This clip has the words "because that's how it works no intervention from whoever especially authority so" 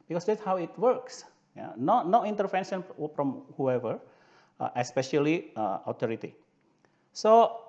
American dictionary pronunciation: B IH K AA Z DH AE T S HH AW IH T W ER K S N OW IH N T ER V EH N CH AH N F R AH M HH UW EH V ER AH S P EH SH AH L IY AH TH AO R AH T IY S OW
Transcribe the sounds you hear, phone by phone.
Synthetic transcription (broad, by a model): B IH K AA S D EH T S HH AW IH T W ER K S N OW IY N T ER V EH N SH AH N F R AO M HH UW EH V ER AH S P EH SH AH L IY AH T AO R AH T IY S OW